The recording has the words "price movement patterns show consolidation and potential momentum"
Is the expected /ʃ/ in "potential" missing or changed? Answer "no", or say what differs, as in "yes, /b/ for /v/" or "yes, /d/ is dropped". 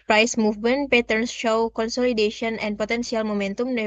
yes, /s/ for /ʃ/